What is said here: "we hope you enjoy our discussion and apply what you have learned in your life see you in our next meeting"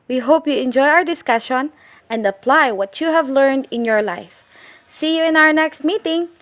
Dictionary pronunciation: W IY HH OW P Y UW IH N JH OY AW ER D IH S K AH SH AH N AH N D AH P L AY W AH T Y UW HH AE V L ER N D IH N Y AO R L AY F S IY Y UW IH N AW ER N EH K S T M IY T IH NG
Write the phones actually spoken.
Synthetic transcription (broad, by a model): W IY HH OW P Y UW IH N JH OY AW ER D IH S K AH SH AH N AH N D AH P L AY W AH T Y UW HH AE V L ER N D IH N Y AO R L AY F S IY Y UW IH N AW ER N EH K S T M IY T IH NG